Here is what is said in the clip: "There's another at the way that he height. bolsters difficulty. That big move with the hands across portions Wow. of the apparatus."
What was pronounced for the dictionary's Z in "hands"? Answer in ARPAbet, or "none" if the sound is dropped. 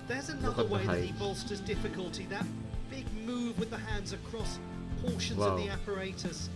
Z